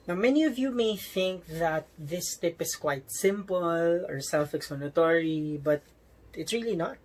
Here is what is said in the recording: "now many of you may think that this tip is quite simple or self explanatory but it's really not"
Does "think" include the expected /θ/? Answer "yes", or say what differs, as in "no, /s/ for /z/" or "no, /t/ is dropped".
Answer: yes